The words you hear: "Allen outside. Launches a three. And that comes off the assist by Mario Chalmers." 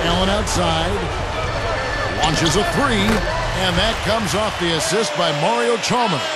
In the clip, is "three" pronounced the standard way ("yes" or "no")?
yes